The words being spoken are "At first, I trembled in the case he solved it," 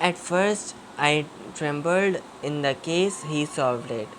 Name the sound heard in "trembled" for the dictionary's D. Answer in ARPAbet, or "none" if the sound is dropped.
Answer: D